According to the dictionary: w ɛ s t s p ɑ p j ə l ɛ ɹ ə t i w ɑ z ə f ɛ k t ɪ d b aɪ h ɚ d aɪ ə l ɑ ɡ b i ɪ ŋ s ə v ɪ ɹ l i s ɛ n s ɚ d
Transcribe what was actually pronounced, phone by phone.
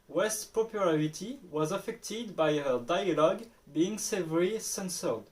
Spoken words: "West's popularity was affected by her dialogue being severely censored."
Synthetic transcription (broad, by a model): w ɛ s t p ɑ p j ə l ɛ ɹ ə t i w ɑ z ə f ɛ k t ɪ d b aɪ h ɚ d aɪ ə l ɑ ɡ b i ɪ ŋ s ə v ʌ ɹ i s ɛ n s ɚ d